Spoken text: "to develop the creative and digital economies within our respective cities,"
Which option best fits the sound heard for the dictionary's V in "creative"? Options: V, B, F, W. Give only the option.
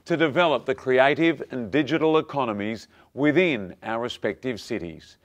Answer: V